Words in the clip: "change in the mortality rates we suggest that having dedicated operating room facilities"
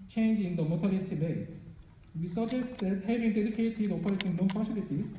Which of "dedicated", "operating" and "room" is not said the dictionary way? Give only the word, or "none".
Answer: room